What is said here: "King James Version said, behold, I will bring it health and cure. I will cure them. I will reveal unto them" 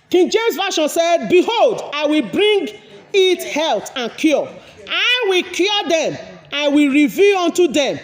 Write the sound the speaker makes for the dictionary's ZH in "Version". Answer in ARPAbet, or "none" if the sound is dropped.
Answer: SH